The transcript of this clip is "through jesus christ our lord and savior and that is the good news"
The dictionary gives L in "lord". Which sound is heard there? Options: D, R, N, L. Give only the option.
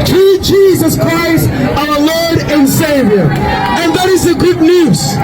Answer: L